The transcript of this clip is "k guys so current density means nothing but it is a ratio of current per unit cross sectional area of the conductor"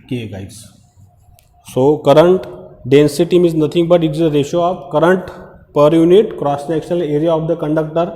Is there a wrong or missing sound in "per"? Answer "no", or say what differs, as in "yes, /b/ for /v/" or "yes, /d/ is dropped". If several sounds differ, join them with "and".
no